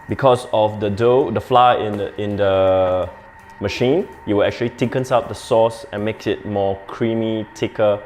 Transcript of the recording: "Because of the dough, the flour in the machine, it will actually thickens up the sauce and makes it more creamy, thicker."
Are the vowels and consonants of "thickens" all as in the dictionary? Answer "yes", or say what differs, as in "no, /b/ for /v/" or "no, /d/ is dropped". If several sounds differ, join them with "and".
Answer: no, /t/ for /θ/ and /s/ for /z/